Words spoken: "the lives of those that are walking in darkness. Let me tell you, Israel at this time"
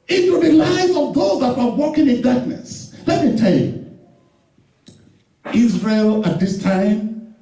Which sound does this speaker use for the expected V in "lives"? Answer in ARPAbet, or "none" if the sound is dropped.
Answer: none